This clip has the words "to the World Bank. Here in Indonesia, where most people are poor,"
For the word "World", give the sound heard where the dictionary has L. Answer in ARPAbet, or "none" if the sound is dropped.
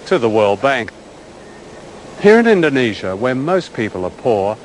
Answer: L